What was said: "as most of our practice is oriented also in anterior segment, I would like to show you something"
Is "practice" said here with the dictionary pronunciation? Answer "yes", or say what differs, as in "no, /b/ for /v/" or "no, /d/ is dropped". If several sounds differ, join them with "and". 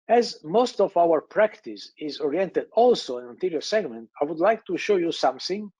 yes